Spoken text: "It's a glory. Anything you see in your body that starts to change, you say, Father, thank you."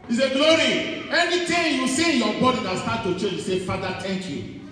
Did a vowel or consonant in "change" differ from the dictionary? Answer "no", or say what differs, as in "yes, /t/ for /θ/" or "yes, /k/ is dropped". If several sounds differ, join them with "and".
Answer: yes, /n/ is dropped